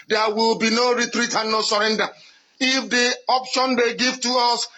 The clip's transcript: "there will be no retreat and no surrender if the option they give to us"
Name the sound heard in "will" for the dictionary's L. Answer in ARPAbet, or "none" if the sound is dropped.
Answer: L